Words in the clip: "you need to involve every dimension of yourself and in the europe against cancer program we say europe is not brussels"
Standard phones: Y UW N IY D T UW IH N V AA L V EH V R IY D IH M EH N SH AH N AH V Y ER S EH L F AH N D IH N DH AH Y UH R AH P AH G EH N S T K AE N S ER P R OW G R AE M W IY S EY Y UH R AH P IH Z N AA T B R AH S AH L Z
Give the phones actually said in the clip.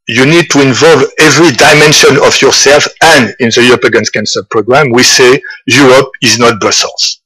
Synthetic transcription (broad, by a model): Y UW N IY D T UW IH N V AA L V EH V R IY D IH M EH N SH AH N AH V Y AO S EH L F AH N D IH N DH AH Y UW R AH P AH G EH N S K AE N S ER P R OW G R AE M W IY S EY Y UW R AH P IH Z N AA T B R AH S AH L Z